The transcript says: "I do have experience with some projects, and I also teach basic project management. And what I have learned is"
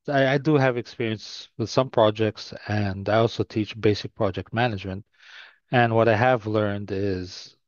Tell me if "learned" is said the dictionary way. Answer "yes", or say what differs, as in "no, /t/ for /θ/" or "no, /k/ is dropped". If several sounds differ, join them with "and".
yes